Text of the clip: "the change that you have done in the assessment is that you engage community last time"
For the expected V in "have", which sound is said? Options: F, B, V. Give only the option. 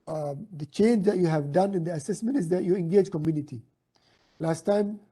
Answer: V